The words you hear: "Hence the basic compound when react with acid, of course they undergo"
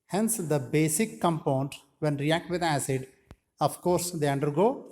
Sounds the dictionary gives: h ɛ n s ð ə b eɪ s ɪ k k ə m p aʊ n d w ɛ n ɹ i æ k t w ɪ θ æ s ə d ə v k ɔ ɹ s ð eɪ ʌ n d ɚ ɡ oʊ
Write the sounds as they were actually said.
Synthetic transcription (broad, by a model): h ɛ n s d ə b eɪ s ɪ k k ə m p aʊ n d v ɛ n ɹ i æ k t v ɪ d æ s ə d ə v k ɔ ɹ s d eɪ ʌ n d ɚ ɡ oʊ